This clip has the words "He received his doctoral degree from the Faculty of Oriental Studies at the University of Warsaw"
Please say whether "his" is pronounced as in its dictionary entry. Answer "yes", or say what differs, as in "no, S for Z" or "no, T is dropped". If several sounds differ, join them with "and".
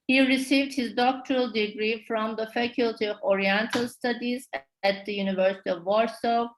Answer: yes